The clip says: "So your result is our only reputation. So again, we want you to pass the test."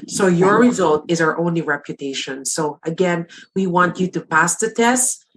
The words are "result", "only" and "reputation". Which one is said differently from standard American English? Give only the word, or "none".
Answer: none